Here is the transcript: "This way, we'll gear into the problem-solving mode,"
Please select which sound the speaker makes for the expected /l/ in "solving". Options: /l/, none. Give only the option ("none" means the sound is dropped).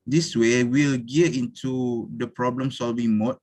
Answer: /l/